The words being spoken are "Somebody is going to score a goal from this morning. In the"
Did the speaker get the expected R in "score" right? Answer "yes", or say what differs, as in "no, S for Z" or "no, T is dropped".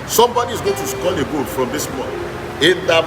no, L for R